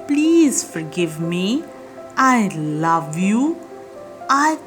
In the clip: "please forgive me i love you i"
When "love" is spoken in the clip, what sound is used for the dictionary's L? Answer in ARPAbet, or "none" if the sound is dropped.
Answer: L